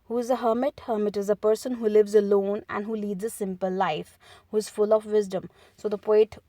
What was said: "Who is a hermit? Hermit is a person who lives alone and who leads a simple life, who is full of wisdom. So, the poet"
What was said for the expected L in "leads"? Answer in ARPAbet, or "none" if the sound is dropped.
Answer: L